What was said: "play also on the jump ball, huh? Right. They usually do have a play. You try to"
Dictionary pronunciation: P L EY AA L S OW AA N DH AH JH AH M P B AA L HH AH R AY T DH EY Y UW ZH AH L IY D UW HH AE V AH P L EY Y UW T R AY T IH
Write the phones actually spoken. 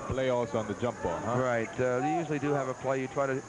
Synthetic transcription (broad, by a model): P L EY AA S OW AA N DH AH JH AH M P B AA L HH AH R AY T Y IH Y UW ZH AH L IY D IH V AH P L EY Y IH T R AY T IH